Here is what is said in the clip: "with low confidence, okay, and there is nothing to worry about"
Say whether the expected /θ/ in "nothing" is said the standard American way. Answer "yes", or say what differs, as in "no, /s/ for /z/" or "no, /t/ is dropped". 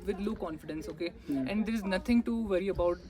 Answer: no, /t/ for /θ/